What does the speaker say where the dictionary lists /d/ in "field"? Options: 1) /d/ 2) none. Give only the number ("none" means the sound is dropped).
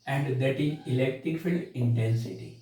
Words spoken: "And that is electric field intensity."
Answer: 2